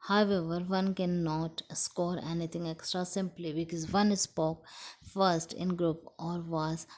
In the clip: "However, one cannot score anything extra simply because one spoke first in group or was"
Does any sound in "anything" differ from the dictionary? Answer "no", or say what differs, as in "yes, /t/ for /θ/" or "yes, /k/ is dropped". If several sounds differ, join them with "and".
yes, /t/ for /θ/